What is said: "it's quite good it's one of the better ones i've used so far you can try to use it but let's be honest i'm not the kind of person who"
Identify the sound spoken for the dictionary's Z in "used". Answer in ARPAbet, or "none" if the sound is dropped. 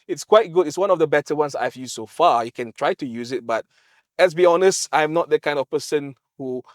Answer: S